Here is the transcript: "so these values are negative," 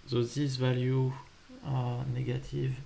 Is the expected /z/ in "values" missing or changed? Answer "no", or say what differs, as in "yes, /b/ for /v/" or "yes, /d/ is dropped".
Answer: yes, /z/ is dropped